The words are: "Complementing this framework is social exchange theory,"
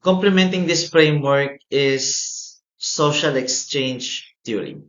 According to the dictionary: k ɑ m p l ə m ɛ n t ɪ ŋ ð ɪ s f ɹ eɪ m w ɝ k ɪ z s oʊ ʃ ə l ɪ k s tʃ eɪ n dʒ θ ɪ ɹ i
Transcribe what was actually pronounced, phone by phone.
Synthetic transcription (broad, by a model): k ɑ m p l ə m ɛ n t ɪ ŋ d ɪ s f ɹ eɪ m w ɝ k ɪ s oʊ ʃ ə l ɪ k s tʃ eɪ n dʒ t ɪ ɹ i